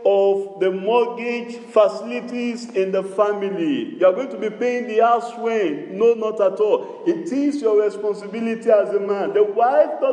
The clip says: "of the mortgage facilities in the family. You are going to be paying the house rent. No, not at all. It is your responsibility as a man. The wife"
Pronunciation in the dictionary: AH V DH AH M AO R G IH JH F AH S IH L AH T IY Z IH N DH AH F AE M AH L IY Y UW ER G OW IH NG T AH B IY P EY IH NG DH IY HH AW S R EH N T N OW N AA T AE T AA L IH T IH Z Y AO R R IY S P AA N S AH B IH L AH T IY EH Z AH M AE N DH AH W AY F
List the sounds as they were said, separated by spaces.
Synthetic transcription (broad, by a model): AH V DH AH M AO G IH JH F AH S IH L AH T IY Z IH N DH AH F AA M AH L IY Y UW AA G OW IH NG T AH B IY P EY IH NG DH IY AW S W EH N N OW N AA T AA T AA L IH T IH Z Y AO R R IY S P AA N S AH B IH L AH T IY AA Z AH M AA N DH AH W AY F